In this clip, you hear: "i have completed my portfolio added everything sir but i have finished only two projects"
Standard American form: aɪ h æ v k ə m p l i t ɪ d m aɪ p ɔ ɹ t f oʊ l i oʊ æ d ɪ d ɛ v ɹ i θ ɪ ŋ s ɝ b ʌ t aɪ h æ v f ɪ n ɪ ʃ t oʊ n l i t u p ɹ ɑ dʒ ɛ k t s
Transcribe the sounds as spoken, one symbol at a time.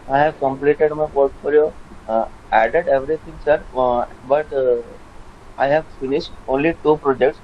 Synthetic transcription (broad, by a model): aɪ h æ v k ə m p l i t ɪ d m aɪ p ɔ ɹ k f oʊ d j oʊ æ d ɪ d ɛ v ɹ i t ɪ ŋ s ɝ b ʌ t aɪ h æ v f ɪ n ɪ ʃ t oʊ n l i t u p ɹ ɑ dʒ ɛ k t s